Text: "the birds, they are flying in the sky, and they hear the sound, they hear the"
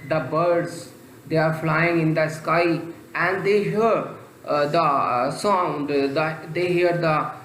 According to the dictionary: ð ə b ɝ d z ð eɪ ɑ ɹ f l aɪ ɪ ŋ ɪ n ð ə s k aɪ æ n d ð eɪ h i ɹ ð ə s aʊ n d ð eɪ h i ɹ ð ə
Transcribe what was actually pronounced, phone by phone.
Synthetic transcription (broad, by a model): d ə b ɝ d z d eɪ ɑ ɹ f l aɪ ɪ ŋ ɪ n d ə s k aɪ æ n d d eɪ h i ɹ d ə s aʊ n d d eɪ h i ɹ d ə